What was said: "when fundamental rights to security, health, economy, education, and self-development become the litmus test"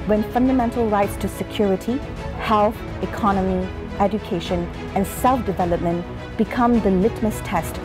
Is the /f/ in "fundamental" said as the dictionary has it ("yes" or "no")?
yes